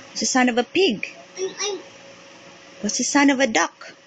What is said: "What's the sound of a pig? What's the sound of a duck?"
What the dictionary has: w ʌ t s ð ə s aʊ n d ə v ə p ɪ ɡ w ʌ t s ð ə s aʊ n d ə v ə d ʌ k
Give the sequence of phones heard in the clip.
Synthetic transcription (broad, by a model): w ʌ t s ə s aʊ n ə v ə p ɪ ɡ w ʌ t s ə s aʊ n ə v ə d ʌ k